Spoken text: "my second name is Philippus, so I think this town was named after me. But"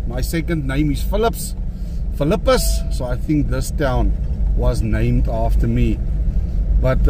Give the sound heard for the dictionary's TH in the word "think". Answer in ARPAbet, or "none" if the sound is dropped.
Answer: TH